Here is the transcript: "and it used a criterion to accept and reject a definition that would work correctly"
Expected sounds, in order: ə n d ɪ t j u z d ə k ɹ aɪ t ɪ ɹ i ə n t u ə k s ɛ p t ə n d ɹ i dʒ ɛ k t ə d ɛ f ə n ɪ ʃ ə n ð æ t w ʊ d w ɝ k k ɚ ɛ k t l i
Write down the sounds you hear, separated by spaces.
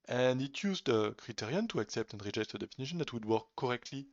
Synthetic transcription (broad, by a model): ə n d ɪ t j u z d ə k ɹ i t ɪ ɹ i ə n t u ə k s ɛ p t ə n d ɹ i dʒ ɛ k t ə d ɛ f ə n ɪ ʃ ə n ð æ t w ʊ d w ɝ k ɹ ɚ ɛ k t l i